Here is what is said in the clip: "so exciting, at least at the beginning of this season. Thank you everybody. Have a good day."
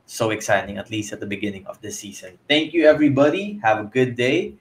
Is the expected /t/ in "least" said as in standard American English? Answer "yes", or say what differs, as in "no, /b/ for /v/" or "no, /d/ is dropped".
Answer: yes